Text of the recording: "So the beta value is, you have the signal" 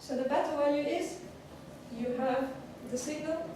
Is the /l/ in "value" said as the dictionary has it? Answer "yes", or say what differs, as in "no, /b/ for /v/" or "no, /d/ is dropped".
no, /l/ is dropped